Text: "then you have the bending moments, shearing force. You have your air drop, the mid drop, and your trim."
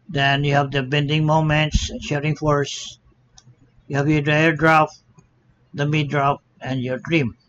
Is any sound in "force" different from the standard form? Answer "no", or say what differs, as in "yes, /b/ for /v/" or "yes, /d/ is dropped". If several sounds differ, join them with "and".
no